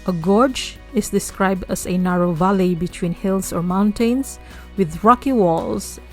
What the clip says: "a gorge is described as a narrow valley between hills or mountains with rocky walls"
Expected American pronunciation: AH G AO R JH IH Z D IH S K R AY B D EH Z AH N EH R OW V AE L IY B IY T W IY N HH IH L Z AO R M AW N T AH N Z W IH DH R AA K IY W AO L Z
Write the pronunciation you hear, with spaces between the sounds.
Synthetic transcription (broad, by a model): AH G AO R JH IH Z D IH S K R AY B D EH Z AH N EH R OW V AE L IY B IY T W IY N HH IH L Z AO R M AW N T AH N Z W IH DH R AA K IY W AO L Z